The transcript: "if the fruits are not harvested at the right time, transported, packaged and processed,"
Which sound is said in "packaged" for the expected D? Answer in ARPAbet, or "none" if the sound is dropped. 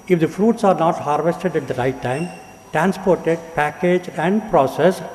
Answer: none